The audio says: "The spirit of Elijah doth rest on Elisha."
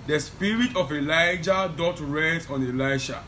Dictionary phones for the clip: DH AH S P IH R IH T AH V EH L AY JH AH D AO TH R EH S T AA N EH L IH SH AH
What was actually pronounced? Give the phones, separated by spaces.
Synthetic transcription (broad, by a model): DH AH S P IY R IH T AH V EH L AY JH AH D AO T R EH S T AA N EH L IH SH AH